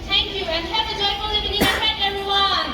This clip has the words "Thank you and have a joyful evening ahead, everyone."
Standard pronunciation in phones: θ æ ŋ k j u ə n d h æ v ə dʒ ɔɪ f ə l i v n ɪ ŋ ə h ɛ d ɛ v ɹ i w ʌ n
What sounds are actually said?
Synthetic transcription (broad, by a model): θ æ ŋ k j u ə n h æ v ə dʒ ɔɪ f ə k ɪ n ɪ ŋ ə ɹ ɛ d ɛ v ɹ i w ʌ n